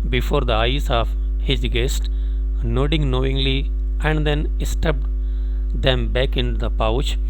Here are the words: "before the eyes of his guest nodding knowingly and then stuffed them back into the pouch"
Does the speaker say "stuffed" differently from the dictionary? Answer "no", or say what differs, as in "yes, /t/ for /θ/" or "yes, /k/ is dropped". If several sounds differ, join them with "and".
yes, /p/ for /f/